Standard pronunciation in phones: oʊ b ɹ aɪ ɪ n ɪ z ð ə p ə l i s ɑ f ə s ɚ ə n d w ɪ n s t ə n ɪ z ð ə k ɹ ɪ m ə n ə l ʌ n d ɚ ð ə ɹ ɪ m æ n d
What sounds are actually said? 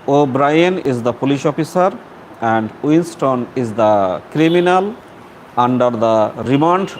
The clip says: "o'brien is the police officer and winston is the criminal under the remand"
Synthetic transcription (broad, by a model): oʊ b ɹ aɪ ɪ n ɪ z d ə p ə l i ʃ ɑ f ə s ɚ ə n d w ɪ n s t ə n ɪ z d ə k ɹ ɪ m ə n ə l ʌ n d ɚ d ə ɹ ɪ m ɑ n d